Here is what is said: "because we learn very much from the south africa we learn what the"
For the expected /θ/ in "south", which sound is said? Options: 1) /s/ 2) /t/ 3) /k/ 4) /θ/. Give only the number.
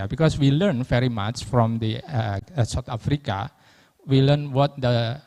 2